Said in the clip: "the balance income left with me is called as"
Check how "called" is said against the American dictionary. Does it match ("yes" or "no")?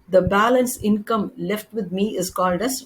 yes